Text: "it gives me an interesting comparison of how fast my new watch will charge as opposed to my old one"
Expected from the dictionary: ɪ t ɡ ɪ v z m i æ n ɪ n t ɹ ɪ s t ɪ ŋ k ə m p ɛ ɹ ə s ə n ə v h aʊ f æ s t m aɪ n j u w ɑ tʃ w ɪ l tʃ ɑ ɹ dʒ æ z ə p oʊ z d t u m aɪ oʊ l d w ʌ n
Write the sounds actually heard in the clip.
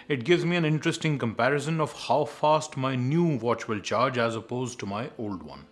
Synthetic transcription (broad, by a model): ɪ t ɡ ɪ v z m i æ n ɪ n t ɹ ɪ s t ɪ ŋ k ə m p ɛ ɹ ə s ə n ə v h aʊ f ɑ s t m aɪ n j u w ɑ tʃ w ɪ l tʃ ɑ ɹ dʒ æ z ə p oʊ z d t u m aɪ oʊ l d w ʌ n